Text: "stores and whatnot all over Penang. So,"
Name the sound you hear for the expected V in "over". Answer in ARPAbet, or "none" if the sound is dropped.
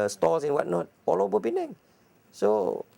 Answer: B